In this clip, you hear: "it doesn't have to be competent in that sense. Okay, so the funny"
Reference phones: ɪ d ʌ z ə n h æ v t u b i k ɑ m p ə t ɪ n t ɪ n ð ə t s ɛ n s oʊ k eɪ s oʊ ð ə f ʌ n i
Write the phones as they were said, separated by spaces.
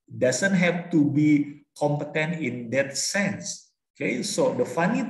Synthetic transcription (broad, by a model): d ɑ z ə n h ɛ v t u b i k ɑ m p ə t ɪ n t ɪ n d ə t s ɛ n s oʊ k eɪ s oʊ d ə f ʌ n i